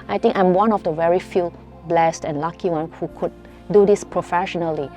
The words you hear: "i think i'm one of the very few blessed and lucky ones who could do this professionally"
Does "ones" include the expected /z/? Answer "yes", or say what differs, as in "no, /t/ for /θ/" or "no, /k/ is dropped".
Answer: no, /z/ is dropped